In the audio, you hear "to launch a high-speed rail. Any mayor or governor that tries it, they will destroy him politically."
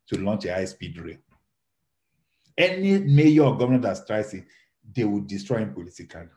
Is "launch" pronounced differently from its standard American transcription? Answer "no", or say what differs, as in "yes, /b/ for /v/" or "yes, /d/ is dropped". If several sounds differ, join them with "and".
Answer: no